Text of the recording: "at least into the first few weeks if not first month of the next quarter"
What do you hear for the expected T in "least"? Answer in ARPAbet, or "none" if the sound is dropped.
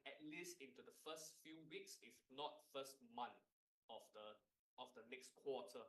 T